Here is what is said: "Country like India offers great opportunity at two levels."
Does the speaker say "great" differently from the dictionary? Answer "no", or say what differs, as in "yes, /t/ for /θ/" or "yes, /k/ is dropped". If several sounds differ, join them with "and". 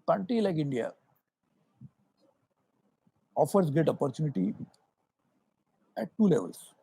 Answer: yes, /ɹ/ is dropped